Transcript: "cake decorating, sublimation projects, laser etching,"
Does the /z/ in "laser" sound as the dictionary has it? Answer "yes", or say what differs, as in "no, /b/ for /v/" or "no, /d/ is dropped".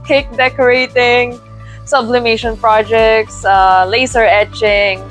no, /s/ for /z/